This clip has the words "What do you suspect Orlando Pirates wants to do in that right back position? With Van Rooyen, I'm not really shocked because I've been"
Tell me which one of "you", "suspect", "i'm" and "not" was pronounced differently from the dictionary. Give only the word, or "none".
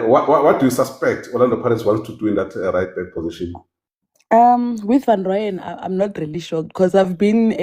none